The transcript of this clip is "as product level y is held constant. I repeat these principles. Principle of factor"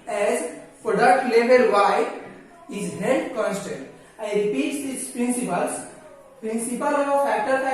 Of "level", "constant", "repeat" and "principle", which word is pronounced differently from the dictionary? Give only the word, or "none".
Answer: level